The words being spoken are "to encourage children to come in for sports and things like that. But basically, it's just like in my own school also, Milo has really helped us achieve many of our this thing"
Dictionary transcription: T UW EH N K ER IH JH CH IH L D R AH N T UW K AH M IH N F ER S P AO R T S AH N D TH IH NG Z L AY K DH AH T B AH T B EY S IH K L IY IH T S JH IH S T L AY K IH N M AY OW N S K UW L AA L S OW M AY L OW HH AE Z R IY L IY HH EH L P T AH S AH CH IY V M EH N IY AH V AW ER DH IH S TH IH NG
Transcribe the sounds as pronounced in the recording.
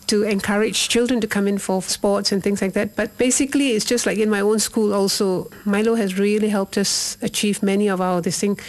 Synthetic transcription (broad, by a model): T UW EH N K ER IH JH CH IH L D R AH N T UW K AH M IH N F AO S P AO T S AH N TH IH NG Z L AY K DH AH T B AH T B EY S IH K L IY IH T S JH IH S T L AY K IH N M AY OW N S K UW L AA L S OW M AY L OW HH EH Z R IY L IY HH EH L P T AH S AH CH IY V M EH N IY AH V AW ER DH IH S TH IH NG